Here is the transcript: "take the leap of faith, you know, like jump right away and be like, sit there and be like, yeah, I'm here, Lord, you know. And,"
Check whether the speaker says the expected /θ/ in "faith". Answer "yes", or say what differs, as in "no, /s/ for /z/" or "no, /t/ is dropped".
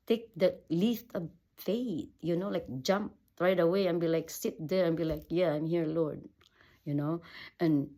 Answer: no, /t/ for /θ/